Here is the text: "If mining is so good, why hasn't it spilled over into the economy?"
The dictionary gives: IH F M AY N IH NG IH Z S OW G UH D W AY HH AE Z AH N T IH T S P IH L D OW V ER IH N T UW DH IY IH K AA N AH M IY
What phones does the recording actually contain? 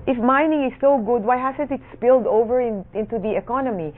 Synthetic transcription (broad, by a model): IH F M AY N IH NG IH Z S OW G UH D W AY HH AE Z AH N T IH T S P IH L D OW V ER IH N T UW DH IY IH K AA N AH M IY